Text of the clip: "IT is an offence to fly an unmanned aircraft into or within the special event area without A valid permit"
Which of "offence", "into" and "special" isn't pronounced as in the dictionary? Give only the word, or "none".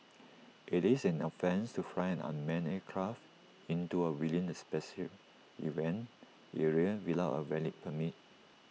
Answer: special